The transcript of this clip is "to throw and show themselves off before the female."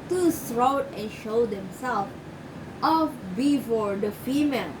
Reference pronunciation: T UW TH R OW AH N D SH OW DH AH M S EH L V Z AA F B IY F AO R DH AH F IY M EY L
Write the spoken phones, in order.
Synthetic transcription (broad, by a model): T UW S R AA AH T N SH OW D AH M S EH L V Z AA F B IY F AO R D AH F IY M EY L